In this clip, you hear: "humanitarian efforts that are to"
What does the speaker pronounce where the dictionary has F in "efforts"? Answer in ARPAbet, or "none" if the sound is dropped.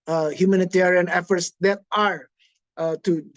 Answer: F